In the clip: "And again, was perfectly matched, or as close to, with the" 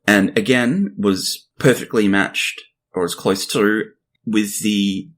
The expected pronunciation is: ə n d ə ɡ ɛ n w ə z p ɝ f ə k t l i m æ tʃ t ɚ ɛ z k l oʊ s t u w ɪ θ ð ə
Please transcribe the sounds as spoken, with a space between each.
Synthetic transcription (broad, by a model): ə n ə ɡ ɛ n w ə z p ɝ f ə k t l i m æ tʃ t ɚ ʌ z k l oʊ s t u w ɪ ð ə